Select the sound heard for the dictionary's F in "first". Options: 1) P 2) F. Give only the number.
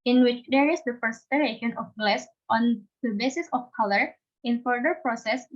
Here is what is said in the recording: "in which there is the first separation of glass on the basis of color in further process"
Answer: 1